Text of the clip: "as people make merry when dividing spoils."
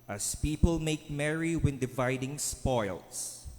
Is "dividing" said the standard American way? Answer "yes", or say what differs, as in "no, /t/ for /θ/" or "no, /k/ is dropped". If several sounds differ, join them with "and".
yes